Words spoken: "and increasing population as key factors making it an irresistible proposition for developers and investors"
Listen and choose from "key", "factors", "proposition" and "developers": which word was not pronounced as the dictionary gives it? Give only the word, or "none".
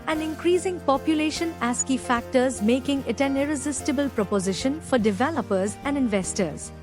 none